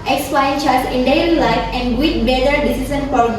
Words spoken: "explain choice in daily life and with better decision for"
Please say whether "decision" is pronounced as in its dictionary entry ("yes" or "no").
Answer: no